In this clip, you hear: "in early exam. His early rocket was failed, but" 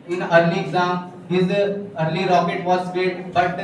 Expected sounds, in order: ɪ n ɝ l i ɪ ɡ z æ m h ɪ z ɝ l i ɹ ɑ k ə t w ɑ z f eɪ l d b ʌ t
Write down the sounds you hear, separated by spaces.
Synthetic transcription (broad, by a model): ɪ n ɝ l i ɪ ɡ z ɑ m h ɪ z ɝ l i ɹ ɑ k ə t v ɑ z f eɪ d b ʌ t